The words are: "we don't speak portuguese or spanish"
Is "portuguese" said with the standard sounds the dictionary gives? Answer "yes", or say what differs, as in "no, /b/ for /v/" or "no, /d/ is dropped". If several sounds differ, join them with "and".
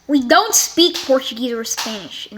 yes